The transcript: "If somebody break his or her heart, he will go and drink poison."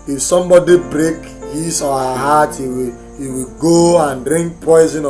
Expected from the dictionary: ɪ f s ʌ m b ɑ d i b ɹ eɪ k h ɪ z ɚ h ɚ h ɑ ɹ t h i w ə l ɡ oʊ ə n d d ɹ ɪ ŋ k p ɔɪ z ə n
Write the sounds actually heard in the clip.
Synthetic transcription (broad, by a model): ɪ f s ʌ m b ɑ d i b ɹ eɪ k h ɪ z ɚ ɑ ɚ h ɑ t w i w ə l ɡ oʊ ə n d d ɹ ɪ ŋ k p ɔɪ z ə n